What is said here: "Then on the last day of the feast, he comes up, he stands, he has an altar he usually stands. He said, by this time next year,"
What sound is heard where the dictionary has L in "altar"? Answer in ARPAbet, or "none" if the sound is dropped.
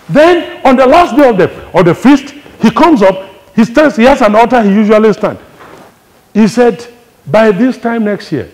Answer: none